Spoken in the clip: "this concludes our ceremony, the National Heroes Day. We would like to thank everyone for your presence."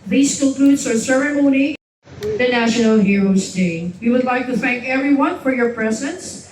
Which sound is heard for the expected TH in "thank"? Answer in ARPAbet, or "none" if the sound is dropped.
TH